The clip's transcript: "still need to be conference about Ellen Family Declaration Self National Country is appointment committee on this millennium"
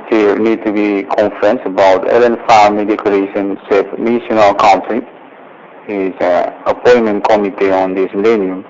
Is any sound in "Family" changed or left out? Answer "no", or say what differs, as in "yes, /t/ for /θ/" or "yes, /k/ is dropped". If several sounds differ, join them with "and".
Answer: yes, /l/ is dropped